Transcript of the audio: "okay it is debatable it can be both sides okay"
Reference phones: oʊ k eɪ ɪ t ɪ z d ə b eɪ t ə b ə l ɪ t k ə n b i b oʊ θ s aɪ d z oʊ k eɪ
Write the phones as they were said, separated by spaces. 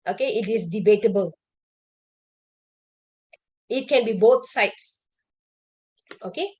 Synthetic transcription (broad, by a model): oʊ k eɪ ɪ t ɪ s d ə b eɪ t ə b ə l ɪ t k ə n b i b oʊ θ s aɪ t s oʊ k eɪ